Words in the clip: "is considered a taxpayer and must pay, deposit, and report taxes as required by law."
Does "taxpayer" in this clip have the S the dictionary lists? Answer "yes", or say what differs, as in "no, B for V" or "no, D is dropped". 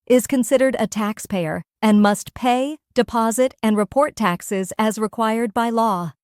yes